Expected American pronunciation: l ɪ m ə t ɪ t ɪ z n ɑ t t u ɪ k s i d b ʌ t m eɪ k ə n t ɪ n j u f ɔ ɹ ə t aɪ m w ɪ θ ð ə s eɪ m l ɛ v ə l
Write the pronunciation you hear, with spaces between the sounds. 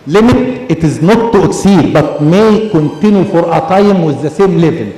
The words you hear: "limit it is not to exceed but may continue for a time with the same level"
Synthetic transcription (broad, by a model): l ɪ m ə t ɪ t ɪ z n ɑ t t u ɪ k s i d b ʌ t m eɪ k ə n t ɪ n j u f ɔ ɹ ə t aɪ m w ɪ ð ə s eɪ m l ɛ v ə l